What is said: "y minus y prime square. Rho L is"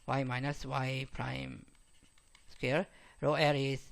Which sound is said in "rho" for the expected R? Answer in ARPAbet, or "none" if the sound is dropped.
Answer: R